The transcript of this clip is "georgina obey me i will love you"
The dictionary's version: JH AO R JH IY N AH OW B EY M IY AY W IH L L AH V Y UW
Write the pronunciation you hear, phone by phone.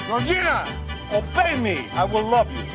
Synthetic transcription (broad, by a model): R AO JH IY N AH OW B EY M IY AY W IH L L AH V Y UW